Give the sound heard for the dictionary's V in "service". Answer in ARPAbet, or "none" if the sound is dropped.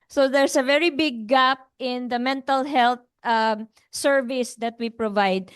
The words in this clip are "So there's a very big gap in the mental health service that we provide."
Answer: V